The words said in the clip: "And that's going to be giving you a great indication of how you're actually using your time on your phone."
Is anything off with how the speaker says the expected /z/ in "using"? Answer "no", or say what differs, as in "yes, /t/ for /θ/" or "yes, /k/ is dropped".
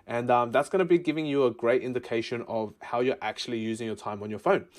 no